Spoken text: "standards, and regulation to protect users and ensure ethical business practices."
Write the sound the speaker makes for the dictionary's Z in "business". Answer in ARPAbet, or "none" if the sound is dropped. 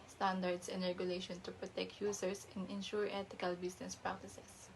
S